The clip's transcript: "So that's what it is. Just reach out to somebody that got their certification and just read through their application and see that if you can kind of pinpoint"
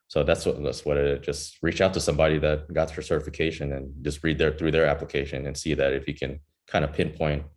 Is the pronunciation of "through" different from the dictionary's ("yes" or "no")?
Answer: no